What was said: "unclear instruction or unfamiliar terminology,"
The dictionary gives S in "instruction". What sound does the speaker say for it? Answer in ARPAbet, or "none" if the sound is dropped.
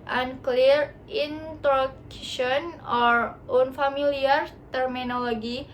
none